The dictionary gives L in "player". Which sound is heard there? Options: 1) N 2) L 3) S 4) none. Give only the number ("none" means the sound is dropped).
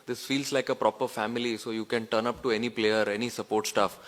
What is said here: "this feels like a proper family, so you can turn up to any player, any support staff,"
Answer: 2